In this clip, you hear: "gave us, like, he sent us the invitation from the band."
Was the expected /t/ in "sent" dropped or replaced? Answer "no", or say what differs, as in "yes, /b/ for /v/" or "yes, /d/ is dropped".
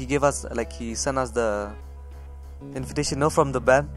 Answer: yes, /t/ is dropped